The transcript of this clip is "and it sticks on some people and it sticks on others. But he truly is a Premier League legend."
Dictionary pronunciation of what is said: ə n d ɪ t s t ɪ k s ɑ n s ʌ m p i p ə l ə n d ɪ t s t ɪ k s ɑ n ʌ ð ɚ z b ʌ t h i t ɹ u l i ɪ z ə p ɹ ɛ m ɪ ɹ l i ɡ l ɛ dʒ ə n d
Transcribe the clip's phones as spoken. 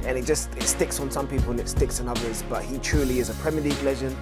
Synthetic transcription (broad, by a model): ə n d ɪ t s t ɪ k s n s ʌ m p i p ə l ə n ɪ t s t ɪ k s n ʌ ð ɚ z b ʌ t h i t ɹ u l i ɪ z ə p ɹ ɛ m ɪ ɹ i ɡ l ɛ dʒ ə n